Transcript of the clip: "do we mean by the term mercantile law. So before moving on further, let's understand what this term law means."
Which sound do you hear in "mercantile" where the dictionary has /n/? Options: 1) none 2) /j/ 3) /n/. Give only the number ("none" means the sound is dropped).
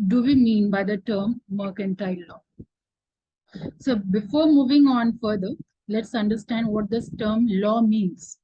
3